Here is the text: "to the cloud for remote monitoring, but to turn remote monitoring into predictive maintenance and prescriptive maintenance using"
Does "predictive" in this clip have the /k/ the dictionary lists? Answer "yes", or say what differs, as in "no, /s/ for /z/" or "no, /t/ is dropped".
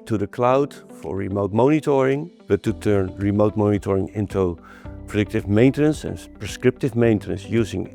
yes